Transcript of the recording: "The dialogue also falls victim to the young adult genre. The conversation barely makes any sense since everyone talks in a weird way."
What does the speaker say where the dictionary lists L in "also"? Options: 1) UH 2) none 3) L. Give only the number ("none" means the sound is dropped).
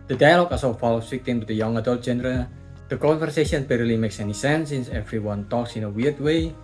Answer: 2